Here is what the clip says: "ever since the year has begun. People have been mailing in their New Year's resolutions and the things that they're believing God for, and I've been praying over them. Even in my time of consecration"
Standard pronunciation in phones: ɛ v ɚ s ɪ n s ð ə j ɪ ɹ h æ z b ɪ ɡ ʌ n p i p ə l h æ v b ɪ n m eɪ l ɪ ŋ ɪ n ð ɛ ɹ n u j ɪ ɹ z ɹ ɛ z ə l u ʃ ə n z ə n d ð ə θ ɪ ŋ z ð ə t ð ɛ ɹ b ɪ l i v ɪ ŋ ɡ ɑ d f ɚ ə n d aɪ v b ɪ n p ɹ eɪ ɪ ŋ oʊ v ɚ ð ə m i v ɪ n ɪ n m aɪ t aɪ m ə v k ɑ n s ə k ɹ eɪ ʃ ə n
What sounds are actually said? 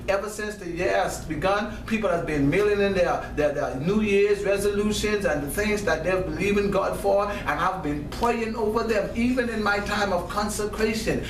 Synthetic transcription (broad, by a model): ɛ v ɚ s ɪ n s ð ə j ɪ ɹ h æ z b ɪ ɡ ʌ n p i p l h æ v b ɪ n m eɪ l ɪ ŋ ɪ n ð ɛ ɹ n u j ɪ ɹ z ɹ ɛ z ə l u ʃ ə n z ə n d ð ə θ ɪ ŋ z ð ə t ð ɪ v b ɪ l i v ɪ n ɡ ɑ d f ɚ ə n aɪ v b ɪ n p ɹ eɪ ɪ ŋ oʊ v ɚ ð ə m i v ɪ n ɪ n m aɪ t aɪ m ə v k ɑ n s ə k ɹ eɪ ʃ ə n